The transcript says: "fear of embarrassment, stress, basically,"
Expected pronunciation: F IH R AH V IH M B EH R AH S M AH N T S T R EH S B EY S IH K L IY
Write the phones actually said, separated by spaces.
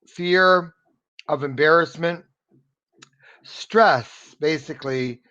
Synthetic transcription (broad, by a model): F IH R AH V IH M B EH R AH S M AH N T S T R EH S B EY S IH K L IY